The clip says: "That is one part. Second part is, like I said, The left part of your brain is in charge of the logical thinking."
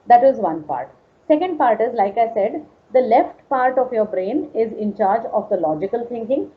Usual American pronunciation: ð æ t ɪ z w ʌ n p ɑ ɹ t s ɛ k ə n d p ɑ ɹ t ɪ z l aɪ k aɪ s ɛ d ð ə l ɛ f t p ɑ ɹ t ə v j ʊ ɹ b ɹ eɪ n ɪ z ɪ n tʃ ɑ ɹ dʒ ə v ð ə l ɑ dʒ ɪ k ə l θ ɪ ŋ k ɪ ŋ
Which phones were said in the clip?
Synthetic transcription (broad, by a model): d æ t ɪ z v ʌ n p ɑ ɹ t s ɛ k ə n d p ɑ ɹ t ɪ z l aɪ k aɪ s ɛ d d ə l ɛ f t p ɑ ɹ t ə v j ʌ ɹ b ɹ eɪ n ɪ z ɪ n tʃ ɑ ɹ dʒ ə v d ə l ɑ dʒ ɪ k ə l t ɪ ŋ k ɪ ŋ